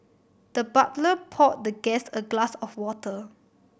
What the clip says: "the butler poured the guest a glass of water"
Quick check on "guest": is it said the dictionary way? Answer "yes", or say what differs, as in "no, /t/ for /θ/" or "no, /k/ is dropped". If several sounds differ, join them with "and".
no, /t/ is dropped